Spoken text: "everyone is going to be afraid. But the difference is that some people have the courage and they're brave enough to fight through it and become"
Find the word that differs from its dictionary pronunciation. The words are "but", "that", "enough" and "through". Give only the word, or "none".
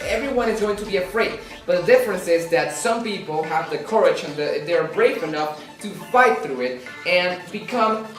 none